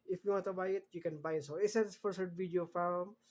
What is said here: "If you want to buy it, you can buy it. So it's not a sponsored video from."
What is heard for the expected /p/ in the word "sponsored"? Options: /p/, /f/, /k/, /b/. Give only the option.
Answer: /f/